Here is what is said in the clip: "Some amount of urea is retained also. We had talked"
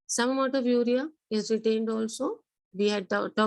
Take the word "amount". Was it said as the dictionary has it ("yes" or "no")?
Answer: no